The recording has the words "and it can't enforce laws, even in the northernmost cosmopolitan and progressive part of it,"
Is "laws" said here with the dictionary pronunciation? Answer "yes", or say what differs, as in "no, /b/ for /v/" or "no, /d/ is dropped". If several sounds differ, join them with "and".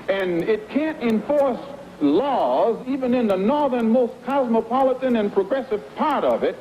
yes